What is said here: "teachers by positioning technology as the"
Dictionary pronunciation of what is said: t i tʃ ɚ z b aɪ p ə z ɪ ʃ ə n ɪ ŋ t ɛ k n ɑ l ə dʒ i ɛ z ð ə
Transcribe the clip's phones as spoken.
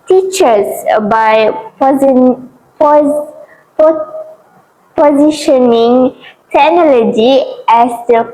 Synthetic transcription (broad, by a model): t i tʃ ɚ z b aɪ p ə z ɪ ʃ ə n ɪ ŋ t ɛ n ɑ l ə dʒ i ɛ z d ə